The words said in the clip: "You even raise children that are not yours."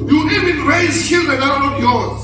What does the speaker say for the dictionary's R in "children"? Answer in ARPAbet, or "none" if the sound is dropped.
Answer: none